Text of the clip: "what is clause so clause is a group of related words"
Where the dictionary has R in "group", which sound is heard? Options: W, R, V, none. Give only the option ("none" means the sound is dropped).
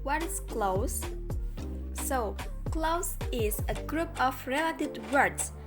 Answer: R